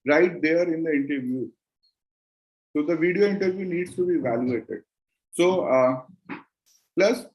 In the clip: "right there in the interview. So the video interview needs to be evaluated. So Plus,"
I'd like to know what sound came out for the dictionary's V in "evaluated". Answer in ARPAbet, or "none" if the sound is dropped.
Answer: V